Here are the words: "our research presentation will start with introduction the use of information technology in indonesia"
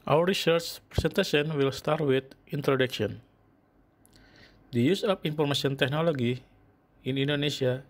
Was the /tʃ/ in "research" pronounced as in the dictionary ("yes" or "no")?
yes